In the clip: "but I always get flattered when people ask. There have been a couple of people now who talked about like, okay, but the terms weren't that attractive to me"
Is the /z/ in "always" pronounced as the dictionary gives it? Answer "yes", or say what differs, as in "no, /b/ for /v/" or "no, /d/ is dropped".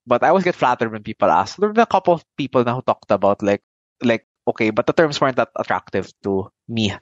no, /s/ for /z/